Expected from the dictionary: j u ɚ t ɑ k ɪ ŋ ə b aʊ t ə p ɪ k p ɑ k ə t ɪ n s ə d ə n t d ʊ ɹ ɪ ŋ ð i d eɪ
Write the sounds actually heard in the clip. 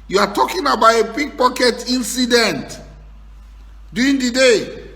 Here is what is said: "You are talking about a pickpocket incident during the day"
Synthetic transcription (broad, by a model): j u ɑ t ɑ k ɪ ŋ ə b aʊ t ə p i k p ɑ k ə t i n s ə d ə n t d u ɪ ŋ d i d eɪ